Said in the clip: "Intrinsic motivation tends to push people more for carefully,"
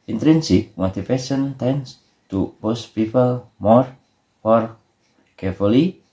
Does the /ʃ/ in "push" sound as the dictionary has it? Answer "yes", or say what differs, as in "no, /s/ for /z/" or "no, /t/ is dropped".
no, /s/ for /ʃ/